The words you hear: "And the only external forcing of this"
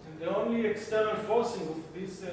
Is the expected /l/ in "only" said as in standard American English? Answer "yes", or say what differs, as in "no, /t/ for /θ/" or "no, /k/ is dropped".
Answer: yes